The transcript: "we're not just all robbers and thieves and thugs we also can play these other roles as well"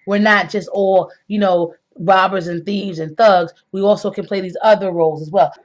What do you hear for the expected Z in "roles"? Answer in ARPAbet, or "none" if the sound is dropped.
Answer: Z